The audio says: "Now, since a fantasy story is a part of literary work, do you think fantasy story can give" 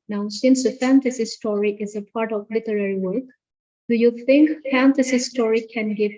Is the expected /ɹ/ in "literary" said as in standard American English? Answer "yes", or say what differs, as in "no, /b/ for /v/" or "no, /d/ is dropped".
yes